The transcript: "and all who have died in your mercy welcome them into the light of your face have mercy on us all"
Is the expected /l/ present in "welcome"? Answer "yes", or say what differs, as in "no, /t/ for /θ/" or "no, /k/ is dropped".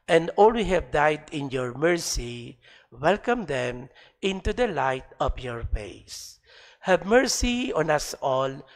yes